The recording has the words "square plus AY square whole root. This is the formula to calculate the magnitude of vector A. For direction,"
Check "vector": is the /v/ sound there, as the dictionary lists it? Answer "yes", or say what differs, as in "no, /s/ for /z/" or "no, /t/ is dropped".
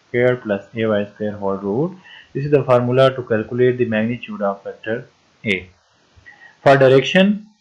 no, /f/ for /v/